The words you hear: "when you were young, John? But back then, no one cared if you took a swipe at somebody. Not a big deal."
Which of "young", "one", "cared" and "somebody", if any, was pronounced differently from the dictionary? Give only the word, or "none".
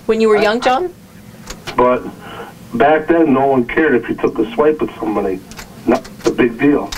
none